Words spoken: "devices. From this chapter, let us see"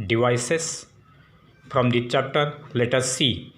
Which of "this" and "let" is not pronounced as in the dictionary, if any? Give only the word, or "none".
this